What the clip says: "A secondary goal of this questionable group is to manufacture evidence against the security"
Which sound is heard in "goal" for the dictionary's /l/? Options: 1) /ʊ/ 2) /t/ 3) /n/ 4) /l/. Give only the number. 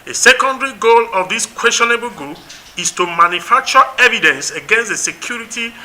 4